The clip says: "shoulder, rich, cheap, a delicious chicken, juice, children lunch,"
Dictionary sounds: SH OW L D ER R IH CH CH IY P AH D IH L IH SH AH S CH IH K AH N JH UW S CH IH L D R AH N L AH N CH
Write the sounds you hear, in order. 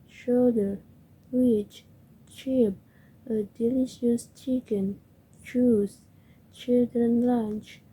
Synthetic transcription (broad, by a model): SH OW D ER W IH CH CH IY P AH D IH L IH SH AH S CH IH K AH N CH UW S CH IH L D R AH N L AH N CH